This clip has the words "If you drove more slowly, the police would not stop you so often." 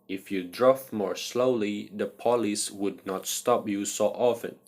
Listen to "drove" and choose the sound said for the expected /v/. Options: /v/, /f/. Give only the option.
/f/